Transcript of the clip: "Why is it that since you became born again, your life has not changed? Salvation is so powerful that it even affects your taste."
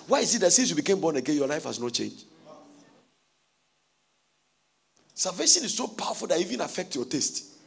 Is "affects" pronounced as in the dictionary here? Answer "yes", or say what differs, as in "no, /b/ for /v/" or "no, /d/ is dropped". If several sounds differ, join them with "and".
no, /s/ is dropped